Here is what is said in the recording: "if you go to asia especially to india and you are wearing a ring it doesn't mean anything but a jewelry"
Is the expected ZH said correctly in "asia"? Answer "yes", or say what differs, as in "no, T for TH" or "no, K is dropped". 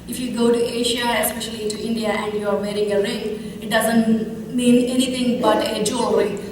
no, SH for ZH